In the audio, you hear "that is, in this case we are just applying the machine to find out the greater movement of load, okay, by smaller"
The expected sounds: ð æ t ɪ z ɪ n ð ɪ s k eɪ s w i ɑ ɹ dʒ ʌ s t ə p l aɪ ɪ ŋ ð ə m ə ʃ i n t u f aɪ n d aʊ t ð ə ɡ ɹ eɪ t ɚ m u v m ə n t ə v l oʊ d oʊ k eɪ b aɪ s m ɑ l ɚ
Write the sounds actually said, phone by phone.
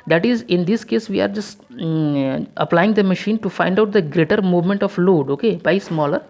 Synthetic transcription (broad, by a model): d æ t ɪ z ɪ n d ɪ s k eɪ s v i ɑ ɹ dʒ ʌ s t ə p l aɪ ɪ ŋ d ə m ə ʃ i n t u f aɪ n d aʊ t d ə ɡ ɹ eɪ t ɚ m u v m ə n t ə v l oʊ d oʊ k eɪ b aɪ s m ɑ l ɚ